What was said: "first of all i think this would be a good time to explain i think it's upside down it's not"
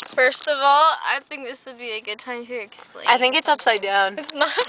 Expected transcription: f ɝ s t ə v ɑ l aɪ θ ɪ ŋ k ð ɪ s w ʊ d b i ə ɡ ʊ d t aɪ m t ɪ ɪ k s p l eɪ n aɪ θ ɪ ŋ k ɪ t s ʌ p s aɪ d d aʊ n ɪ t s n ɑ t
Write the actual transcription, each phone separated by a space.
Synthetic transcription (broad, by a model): f ɝ s t ə v ɑ l aɪ θ ɪ ŋ k ð ɪ s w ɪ d b i ə ɡ ʊ d t aɪ m t ɪ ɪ k s p l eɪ aɪ θ ɪ ŋ k ɪ t s ʌ p s aɪ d d aʊ n ɪ t s n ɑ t